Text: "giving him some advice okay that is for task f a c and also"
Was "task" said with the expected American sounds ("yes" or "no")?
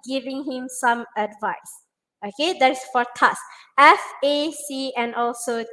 no